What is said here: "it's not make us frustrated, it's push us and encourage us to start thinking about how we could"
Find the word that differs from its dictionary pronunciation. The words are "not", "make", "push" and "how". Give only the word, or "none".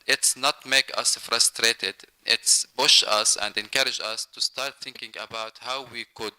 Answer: push